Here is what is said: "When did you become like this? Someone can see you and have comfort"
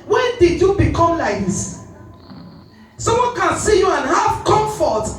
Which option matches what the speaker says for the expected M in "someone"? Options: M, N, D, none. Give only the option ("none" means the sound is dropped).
none